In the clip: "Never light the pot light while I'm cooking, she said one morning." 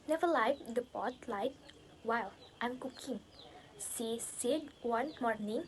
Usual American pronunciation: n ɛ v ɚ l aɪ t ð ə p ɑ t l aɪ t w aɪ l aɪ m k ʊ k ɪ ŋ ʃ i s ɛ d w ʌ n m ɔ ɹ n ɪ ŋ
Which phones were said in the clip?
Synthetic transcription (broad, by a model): n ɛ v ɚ l aɪ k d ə p ɑ t l aɪ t w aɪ l aɪ m k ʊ k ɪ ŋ s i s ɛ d w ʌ n m ɔ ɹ n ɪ ŋ